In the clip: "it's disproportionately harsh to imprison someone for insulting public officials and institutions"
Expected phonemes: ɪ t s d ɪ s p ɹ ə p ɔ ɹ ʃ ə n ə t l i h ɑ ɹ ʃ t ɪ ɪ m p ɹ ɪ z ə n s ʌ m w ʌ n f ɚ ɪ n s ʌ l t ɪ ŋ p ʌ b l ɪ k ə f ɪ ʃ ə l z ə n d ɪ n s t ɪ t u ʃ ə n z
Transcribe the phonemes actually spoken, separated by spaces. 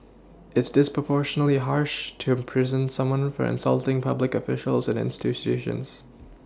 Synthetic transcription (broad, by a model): ɪ t s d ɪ s p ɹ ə p ɔ ɹ ʃ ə n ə l i h ɑ ɹ ʃ t ɪ ɪ m p ɹ ɪ z ə n s ʌ m w ʌ n f ɚ ɪ n s ʌ l t ɪ ŋ p ʌ b l ɪ k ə f ɪ ʃ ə l z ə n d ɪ n s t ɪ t u ʃ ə n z